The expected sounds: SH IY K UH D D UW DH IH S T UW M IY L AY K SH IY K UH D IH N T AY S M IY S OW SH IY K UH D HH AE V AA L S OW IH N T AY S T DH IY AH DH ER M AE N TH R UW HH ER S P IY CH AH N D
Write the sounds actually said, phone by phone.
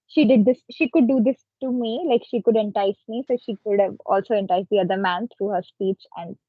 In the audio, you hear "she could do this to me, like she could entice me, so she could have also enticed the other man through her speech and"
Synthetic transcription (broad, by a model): SH IY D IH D D UW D IH S T UW M IY L AY K SH IY K UH D IH N T AY S M IY S OW SH IY K UH D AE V AA L S OW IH N T AY S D IY AH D ER M AE N T R UW HH ER S P IY CH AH N D